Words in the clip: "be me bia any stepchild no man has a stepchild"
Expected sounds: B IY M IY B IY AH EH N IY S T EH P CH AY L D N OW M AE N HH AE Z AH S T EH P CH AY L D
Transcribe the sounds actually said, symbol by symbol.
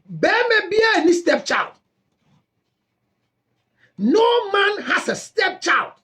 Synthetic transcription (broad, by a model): B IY M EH B IY AH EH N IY S T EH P CH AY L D N OW M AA N HH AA S AH S T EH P CH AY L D